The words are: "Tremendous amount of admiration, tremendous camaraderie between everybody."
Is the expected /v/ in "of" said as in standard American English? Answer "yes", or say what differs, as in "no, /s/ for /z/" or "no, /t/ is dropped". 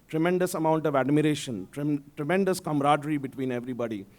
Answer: yes